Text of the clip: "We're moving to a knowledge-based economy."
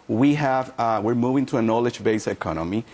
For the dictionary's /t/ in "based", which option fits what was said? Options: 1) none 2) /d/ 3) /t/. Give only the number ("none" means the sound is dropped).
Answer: 1